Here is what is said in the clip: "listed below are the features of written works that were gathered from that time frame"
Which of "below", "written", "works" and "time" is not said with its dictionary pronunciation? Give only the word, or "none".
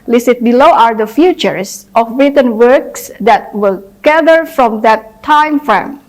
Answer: none